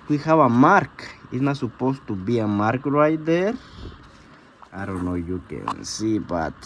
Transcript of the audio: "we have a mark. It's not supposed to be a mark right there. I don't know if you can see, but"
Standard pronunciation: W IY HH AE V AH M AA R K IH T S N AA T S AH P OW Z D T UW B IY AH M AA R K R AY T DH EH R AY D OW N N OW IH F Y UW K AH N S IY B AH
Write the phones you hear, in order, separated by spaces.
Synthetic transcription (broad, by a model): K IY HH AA B AH M AA R K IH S N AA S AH P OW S T UW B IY AH M AA R K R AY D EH R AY D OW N N OW Y UW K AH N S IY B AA